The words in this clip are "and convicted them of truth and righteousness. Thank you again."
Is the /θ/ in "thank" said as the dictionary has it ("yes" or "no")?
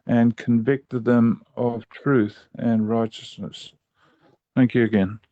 yes